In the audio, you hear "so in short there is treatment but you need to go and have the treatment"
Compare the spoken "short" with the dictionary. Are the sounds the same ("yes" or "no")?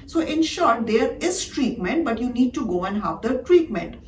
yes